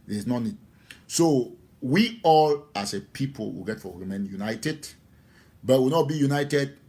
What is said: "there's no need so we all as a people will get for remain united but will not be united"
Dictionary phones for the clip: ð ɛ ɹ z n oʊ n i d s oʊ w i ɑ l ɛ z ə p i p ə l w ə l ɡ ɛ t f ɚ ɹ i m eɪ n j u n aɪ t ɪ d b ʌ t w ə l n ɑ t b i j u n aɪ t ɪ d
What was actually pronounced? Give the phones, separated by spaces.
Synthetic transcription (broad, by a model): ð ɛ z n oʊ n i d s oʊ w i ɑ l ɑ s ə p i p ə l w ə ɡ ɛ t f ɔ w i m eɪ n j u n aɪ t ɪ d b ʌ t w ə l n ɑ t b i j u n aɪ t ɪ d